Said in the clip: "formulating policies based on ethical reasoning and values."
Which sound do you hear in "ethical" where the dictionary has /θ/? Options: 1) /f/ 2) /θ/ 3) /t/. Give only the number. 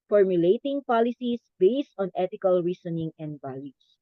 3